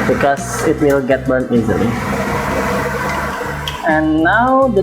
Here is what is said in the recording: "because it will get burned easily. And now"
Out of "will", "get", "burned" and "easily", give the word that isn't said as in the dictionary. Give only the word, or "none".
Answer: burned